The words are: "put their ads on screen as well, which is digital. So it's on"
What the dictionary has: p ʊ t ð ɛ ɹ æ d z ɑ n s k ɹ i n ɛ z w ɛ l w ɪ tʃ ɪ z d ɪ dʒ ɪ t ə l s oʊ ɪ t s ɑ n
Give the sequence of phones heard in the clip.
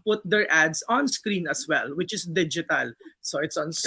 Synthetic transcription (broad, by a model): p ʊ t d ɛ ɹ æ d s ɑ n s k ɹ i n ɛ s w ɛ l w ɪ tʃ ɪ s d ɪ dʒ ɪ t ə l s oʊ ɪ t s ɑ n